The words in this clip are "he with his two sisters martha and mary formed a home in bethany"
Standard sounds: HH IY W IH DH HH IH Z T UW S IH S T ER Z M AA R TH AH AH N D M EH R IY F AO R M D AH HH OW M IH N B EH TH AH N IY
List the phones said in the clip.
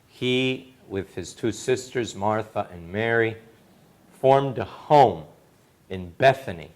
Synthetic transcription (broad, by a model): HH IY W IH DH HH IH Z T UW S IH S T ER Z M AA R TH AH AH N M EH R IY F AO R M D AH HH OW M IH N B EH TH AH N IY